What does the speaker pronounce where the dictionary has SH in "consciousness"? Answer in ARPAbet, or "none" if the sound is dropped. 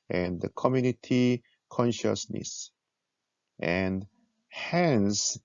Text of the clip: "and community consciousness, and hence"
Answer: SH